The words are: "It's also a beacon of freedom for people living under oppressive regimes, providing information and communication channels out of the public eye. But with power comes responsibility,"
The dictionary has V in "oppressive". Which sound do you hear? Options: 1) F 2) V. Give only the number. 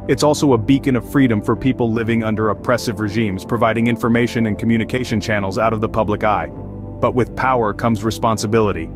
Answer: 2